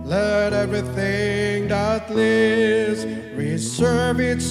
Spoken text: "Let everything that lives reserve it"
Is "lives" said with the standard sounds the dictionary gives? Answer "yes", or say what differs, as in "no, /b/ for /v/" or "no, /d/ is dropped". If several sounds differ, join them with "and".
no, /v/ is dropped